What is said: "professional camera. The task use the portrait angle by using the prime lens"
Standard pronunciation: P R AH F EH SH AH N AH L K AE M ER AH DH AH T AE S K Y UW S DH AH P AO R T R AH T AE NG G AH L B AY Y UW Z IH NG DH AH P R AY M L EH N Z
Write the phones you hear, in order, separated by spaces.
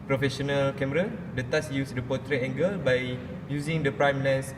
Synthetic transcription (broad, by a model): P R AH F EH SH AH N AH L K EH M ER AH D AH T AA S Y UW S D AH P AO T R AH EH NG G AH L B AY Y UW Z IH NG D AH P R AY M L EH N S